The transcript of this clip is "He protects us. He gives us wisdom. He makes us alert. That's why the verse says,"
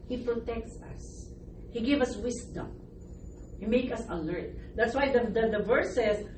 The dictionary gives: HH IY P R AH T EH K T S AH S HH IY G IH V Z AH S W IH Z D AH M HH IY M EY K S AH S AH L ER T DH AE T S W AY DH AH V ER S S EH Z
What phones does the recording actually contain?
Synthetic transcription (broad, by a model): HH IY P R AH T EH K T S AH S HH IY G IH V AH S W IH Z D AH M HH IY M EY K AH S AH L ER T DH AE T S W AY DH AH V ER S S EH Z